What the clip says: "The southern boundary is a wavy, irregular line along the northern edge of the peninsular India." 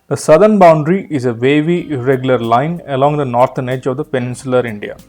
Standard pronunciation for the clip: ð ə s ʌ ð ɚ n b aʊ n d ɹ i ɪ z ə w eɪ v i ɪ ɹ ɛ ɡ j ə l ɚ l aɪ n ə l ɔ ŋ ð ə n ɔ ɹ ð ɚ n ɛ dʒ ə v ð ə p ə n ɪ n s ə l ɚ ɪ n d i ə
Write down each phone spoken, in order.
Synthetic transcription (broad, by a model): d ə s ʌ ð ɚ n b aʊ n d ɹ i ɪ z ə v eɪ v i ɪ ɹ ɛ ɡ j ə l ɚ l aɪ n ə l ɔ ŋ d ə n ɔ ɹ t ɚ n ɛ dʒ ə v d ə p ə n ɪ n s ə l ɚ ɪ n d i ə